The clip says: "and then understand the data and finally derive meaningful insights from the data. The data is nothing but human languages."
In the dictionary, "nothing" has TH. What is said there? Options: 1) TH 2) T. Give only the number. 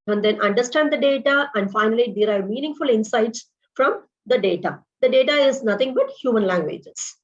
2